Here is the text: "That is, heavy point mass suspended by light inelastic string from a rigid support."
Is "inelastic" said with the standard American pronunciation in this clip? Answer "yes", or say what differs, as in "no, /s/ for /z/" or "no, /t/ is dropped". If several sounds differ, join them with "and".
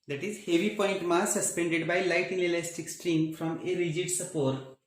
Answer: no, /l/ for /n/